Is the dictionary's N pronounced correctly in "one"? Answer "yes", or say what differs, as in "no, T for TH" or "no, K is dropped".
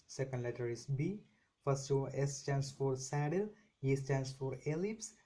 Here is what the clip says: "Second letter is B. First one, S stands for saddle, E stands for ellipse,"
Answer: no, N is dropped